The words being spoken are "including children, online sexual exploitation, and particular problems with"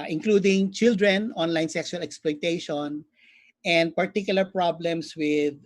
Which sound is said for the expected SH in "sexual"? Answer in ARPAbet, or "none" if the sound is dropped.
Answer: S